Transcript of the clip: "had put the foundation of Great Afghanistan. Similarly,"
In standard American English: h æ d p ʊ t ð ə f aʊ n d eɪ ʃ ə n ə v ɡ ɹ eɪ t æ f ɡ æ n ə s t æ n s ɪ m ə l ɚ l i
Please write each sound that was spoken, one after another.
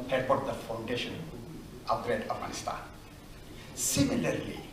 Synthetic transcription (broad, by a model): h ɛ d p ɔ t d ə f aʊ n d eɪ ʃ ə n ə p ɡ ɹ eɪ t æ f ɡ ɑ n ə s t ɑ n s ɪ m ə l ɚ l i